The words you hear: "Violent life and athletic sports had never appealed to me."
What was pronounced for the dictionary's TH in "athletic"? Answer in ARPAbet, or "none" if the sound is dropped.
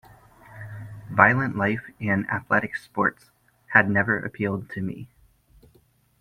TH